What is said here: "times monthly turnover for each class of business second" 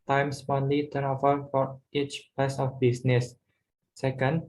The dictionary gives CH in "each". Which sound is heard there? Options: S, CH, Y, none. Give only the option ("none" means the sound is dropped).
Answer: CH